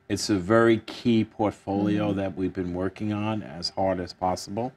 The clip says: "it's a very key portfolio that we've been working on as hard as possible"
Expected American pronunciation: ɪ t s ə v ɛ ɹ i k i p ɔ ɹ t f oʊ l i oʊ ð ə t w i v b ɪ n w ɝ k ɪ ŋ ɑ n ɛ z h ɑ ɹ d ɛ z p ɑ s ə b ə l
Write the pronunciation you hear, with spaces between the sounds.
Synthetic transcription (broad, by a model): ɪ t s ə v ɛ ɹ i k i p ɔ ɹ t f oʊ l i oʊ ð ə t w i v b ɪ n w ɝ k ɪ ŋ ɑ n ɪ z h ɑ ɹ d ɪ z p ɑ s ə b l